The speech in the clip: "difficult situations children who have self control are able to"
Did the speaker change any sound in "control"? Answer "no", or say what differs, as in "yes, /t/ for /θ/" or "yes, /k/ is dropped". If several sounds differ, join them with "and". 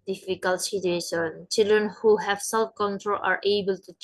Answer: no